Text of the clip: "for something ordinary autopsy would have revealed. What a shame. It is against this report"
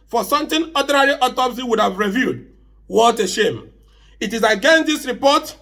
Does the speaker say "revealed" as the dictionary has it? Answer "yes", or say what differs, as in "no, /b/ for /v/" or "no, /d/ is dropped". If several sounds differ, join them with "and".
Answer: no, /l/ is dropped